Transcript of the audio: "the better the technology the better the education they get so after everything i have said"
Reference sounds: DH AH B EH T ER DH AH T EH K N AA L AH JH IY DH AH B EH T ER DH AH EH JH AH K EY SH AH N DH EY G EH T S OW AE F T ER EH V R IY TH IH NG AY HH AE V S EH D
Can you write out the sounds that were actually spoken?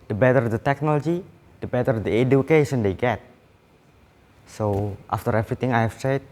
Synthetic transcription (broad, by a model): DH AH B EH T ER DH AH T EH K N AA L AH JH IY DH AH B EH T ER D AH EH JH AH K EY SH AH N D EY G EH T S OW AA F T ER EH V R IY T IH NG AY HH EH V S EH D